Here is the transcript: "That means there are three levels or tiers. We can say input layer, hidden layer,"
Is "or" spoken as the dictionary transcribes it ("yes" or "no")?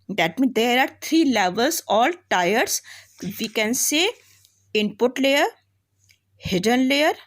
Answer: no